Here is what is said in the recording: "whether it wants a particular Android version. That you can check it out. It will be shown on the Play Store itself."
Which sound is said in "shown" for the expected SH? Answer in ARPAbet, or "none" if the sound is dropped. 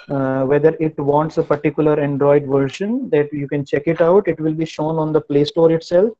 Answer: SH